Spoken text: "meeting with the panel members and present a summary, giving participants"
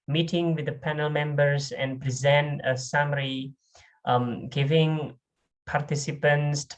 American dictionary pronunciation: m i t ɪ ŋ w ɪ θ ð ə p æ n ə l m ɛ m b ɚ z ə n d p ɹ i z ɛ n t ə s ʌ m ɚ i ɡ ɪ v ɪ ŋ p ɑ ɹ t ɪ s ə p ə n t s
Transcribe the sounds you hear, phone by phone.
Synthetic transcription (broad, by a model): m i t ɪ ŋ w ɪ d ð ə p æ n ə l m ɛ m b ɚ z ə n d p ɹ i z ɛ n t ə s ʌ m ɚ i ɡ ɪ v ɪ ŋ p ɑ ɹ t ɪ s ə p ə n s